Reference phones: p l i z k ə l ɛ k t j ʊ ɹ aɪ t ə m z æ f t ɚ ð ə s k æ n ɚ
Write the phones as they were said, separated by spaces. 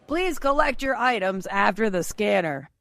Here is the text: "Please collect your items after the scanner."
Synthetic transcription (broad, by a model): p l i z k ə l ɛ k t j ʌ ɹ aɪ t ə m z æ f t ɚ ð ə s k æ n ɚ